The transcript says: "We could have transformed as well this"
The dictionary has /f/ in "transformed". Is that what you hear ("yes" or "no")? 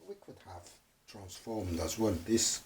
yes